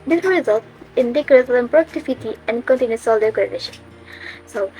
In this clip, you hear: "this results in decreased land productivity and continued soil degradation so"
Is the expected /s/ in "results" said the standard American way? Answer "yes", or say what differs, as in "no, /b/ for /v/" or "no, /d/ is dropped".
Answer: no, /s/ is dropped